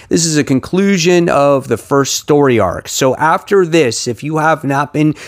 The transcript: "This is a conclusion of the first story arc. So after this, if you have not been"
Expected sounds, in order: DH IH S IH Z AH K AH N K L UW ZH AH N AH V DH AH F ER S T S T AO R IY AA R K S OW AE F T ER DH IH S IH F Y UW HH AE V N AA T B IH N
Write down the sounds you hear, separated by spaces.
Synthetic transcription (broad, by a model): DH IH S IH Z AH K AH N K L UW ZH AH N AH V DH AH F ER S T S T AO R IY AA R K S OW AE F T ER DH IH S IH F Y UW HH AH V N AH T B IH N